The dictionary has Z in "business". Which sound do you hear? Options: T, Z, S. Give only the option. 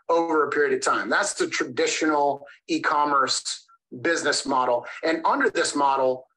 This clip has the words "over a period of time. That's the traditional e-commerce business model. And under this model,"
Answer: Z